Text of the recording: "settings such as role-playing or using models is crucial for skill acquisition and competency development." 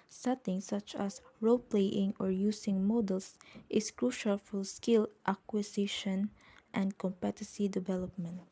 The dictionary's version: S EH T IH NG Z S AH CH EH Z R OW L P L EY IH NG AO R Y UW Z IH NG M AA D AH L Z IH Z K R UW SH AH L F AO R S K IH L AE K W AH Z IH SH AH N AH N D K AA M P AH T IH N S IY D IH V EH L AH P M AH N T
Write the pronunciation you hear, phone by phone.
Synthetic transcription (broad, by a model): S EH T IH NG S AH CH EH S R OW L P L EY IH NG AO R Y UW S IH NG M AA D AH L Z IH S K R UW SH AH L F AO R S K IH L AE K W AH S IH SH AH N AH N D K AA M P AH T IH S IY D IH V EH L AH P M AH N T